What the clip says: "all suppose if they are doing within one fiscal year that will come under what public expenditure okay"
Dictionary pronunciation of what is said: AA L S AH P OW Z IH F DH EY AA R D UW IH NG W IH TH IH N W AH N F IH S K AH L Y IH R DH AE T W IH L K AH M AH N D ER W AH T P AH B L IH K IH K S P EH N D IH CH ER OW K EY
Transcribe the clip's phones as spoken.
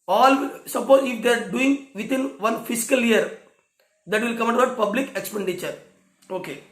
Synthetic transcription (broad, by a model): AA L S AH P OW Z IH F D EY AA R D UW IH NG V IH T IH N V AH N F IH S K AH L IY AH R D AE T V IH L K AH M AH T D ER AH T P AH B L IH K IH K S P EH N D IH CH ER OW K EY